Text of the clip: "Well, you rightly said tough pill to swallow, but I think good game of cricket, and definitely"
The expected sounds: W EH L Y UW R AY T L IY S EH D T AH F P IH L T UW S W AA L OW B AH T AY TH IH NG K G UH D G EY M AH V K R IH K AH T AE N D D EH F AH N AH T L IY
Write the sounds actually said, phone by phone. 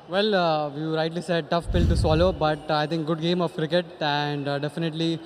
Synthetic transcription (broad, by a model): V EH L Y UW R AY T L IY S EH D T AH F P IH L T UW S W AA L OW B AH T AY T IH NG K G UH D G EY M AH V K R IH K AH T AE N D D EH F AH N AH T L IY